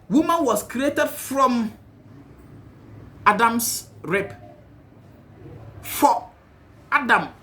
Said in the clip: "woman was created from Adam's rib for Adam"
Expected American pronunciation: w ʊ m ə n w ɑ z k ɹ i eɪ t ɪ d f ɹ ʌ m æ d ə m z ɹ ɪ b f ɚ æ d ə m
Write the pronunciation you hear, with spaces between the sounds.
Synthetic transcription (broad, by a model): w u m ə n w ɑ s k ɹ i eɪ t ɪ d f ɹ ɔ m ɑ d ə m s ɹ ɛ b f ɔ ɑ d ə m